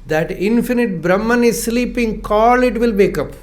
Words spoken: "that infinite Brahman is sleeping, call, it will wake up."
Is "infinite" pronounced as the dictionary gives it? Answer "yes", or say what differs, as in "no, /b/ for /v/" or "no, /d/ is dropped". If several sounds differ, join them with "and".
yes